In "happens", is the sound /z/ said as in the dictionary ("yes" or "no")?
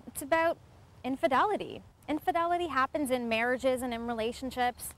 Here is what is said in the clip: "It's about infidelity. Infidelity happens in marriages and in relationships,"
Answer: yes